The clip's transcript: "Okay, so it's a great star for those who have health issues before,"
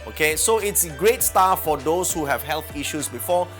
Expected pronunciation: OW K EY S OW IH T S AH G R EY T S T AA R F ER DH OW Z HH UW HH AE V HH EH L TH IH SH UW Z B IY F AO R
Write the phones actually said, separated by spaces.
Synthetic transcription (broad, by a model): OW K EY S OW IH T S AH G R EY T S T AA F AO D OW S HH UW HH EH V HH EH L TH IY SH UW S B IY F AO